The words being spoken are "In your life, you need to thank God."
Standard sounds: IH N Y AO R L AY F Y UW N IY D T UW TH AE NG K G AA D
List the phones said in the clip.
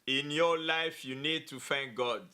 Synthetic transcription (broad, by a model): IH N Y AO L AY F Y UW N IY D T UW F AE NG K G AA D